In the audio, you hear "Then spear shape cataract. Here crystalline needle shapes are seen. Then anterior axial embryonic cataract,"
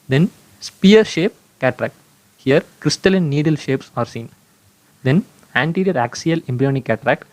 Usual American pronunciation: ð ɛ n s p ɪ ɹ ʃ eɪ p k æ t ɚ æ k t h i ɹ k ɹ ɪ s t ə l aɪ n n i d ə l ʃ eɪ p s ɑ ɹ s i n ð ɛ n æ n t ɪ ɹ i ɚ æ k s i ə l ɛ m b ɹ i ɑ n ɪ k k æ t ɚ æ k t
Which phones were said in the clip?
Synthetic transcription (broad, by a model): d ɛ n s p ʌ ɹ ʃ eɪ p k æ t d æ k t h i ɹ k ɹ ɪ s t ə l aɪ n n i d ə l ʃ eɪ p s ɑ ɹ s i n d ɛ n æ n t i ɹ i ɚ æ k s i ə l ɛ m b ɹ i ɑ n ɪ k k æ t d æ k t